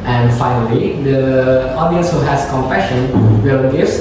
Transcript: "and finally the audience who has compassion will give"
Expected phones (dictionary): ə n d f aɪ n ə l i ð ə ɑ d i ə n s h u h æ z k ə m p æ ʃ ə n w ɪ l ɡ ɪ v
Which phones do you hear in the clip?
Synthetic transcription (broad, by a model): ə n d f aɪ n ə l i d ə ɑ d i ə n s h u h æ s k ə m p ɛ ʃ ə n w ɪ l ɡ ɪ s